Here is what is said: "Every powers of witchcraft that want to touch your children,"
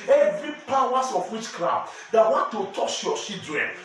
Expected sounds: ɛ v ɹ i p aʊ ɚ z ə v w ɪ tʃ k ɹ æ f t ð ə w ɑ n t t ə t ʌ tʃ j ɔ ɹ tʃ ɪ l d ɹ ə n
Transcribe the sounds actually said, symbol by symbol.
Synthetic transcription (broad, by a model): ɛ v ɹ i p aʊ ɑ s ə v w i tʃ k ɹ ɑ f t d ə w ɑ n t t ə t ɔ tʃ j ɔ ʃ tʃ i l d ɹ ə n